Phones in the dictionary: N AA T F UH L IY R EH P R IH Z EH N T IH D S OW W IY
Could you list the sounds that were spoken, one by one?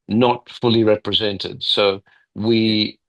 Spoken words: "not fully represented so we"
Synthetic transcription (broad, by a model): N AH T F UH L IY R EH P R IH Z EH N T IH D S OW W IY